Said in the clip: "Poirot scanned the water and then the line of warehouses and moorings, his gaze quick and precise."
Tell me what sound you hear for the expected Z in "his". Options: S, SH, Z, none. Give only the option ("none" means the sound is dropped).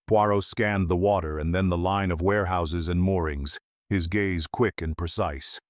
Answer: Z